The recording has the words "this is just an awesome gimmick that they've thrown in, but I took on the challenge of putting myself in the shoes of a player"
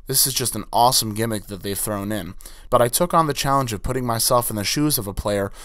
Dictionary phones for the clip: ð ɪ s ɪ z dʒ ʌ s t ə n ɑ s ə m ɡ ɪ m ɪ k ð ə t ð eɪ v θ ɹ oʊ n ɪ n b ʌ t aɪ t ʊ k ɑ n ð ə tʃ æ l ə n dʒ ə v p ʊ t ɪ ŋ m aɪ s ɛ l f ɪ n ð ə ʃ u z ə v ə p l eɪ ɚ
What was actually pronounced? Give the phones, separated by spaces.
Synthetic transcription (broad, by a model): ð ɪ s ɪ z dʒ ʌ s t n ɑ s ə m ɡ ɪ m ɪ k ð ə t ð eɪ v θ ɹ oʊ n ɪ n b ʌ t aɪ t ʊ k n ð ə tʃ æ l ə n dʒ ə v p ʊ t ɪ ŋ m aɪ s ɛ l f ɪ n ð ə ʃ u z ə v ə p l eɪ ɚ